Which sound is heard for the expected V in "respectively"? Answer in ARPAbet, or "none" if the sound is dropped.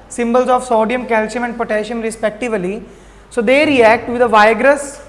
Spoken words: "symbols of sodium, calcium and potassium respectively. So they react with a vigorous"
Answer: V